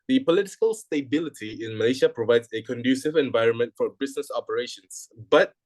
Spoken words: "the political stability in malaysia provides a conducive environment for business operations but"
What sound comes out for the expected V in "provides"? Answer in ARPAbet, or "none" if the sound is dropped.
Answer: V